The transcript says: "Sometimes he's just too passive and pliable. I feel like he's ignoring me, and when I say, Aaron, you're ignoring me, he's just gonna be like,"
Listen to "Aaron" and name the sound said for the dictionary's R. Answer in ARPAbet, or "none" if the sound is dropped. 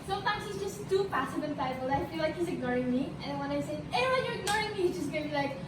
W